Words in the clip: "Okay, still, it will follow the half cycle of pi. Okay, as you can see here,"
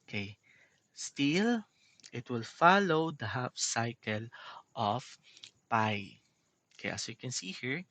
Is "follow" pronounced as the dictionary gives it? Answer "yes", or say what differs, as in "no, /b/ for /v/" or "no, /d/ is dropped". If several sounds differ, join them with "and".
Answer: yes